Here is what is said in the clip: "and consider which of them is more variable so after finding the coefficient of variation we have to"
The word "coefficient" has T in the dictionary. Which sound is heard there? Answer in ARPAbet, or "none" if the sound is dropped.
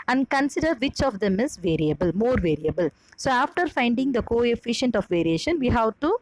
T